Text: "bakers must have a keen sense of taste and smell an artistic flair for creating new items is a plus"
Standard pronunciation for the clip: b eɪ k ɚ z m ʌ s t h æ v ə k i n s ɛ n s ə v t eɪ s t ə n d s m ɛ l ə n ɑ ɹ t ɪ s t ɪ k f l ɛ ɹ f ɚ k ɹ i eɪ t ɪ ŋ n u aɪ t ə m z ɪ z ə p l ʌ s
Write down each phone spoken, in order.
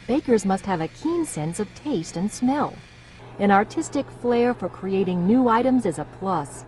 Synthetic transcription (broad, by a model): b eɪ k ɚ z m ʌ s t h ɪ v ə k i n s ɛ n s ə v t eɪ s t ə n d s m ɛ l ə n ɑ ɹ t ɪ s t ɪ k f l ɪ ɹ f ɚ k ɹ i eɪ t ɪ ŋ n u aɪ t ə m z ɪ z ə p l ʌ s